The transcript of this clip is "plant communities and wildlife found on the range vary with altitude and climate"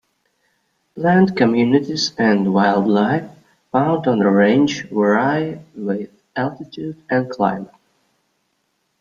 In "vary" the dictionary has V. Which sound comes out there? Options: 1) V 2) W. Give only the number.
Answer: 2